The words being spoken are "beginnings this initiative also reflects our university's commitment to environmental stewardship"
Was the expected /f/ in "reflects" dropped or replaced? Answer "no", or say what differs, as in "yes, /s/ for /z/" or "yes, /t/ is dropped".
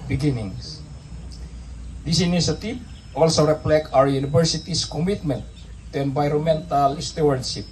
yes, /p/ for /f/